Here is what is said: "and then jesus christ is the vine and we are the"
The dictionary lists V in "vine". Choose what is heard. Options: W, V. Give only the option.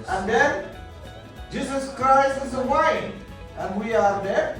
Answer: W